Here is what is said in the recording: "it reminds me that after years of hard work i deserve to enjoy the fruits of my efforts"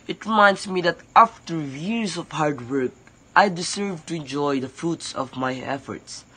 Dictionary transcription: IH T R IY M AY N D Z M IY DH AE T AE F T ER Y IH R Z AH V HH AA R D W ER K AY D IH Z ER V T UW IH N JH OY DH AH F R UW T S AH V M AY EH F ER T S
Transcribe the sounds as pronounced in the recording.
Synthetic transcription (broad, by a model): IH T R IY M AY N D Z M IY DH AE T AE F T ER Y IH R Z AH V HH AA R D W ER K AY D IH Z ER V T UW IH N JH OY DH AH F R UW T S AH V M AY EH F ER T S